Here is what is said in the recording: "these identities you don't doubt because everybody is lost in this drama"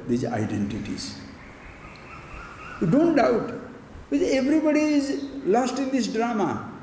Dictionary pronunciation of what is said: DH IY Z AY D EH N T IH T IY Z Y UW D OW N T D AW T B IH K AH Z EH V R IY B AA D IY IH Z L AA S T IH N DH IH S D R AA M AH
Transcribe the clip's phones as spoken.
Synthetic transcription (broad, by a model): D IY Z AY D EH N T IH T IY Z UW D OW N T D AW T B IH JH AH EH V R IY B AA D IY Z L AA S T IH N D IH S D R AA M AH